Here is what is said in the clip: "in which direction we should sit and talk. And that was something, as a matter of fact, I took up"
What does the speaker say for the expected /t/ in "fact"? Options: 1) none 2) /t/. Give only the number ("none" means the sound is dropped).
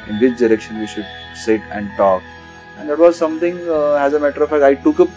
1